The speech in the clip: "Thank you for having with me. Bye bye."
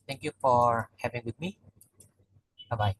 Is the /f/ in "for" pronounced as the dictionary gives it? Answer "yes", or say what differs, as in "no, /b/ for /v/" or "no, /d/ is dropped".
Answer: yes